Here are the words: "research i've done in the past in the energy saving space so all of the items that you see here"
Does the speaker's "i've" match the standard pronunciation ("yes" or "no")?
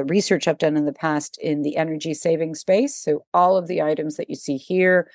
no